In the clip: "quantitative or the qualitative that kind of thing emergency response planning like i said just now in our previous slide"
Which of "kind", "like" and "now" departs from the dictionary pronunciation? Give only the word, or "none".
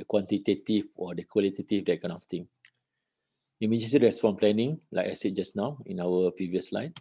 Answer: kind